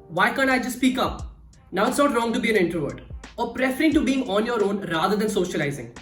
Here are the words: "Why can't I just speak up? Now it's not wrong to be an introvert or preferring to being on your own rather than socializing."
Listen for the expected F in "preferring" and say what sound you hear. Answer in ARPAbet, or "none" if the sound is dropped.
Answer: F